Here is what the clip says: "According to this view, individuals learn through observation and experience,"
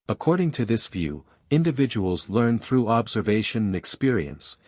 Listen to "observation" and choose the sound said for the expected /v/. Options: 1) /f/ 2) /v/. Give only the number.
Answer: 2